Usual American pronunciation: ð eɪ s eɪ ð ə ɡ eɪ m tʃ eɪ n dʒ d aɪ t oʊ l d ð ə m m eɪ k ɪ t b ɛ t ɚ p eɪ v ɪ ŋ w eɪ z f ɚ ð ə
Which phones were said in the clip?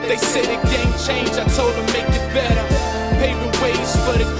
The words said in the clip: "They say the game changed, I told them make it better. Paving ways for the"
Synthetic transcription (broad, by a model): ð eɪ s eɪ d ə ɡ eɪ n tʃ eɪ n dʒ aɪ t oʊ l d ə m m eɪ k ɪ t b ɛ t ɚ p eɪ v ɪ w eɪ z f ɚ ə